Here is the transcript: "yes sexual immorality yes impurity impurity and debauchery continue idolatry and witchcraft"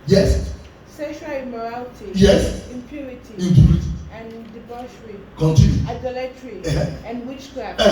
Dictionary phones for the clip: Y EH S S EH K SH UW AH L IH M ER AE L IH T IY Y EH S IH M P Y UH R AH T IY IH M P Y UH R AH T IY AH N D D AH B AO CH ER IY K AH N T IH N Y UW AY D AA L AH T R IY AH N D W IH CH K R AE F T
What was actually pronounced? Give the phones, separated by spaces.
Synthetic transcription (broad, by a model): Y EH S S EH SH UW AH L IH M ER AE L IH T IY Y EH S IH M P Y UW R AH T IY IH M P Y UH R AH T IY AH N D D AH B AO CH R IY K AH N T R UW AY D AA L AH T R IY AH N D W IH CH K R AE